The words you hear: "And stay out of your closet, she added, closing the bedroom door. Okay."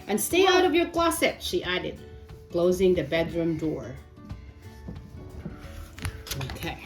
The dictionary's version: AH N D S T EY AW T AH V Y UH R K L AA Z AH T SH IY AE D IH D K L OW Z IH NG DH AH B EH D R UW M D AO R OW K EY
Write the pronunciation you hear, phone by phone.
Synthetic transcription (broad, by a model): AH N S T EY AW T AH V Y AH R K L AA S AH T SH IY AE D IH D K L OW Z IH NG DH AH B EH D R UW M D AO R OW K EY